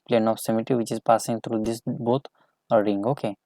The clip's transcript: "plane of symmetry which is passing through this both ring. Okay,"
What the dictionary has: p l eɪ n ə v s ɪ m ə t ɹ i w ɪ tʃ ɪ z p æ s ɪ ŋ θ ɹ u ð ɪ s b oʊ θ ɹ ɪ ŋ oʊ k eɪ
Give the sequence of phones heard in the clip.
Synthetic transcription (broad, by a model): p l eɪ n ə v s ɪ m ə t i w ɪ tʃ ɪ z p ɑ s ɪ ŋ t ɹ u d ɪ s b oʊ t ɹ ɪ ŋ oʊ k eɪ